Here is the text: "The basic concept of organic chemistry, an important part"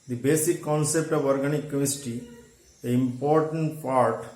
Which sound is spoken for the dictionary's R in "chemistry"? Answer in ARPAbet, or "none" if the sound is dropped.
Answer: none